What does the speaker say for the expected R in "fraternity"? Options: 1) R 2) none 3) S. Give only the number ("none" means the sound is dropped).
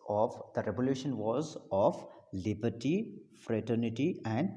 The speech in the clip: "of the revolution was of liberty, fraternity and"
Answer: 1